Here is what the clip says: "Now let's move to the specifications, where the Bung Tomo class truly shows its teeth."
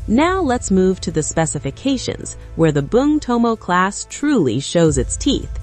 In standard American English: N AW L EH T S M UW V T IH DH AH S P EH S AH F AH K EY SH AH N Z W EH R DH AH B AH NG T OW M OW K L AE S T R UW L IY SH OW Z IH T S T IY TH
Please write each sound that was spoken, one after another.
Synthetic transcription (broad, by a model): N AW L EH T S M UW V T IH DH AH S P EH S AH F AH K EY SH AH N Z W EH R DH AH B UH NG T OW M OW K L AE S T R UW L IY SH OW Z IH T S T IY TH